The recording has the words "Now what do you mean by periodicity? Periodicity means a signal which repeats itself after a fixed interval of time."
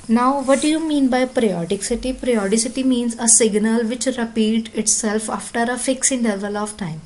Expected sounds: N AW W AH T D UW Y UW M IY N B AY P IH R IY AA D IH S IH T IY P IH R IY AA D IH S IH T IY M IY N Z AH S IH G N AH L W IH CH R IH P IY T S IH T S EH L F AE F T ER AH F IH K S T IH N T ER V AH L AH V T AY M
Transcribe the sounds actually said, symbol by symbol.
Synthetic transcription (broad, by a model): N AW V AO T D UW Y UW M IY N B AY P R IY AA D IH S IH T IY P R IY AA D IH S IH T IY M IY N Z AH S IH G N AH L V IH CH R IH P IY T IH T S EH L F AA F T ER AH F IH K S IH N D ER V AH L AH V T AY M